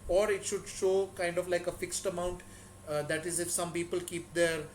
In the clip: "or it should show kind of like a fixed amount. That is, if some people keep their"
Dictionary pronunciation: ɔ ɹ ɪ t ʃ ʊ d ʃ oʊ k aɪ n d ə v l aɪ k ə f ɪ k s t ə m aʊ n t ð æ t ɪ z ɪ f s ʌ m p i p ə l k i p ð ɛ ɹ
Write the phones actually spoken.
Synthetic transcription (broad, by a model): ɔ ɹ ɪ t ʃ ʊ d ʃ oʊ k aɪ n d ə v l aɪ k ə f ɪ k s t ə m aʊ n t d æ t ɪ z ɪ f s ʌ m p i p ə l k i p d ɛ ɹ